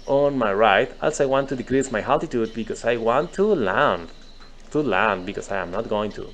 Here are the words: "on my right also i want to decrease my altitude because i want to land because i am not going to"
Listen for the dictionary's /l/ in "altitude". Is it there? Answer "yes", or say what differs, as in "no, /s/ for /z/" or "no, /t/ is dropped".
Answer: no, /l/ is dropped